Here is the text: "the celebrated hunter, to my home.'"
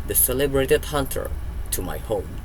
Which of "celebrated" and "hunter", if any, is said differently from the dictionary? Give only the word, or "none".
none